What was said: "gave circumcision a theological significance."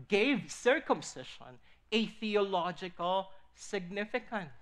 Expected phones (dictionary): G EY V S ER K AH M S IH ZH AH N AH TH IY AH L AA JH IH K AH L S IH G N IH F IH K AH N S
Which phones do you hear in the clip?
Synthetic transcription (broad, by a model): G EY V S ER K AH M S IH SH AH N AH TH IY AH L AA JH IH K AH L S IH G N IH F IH K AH N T